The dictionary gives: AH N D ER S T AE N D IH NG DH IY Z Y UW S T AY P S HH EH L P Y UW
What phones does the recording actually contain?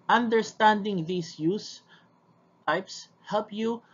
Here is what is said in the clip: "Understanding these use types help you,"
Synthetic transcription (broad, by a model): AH N D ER S T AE N D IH NG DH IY S Y UW S T AY P S HH EH L P Y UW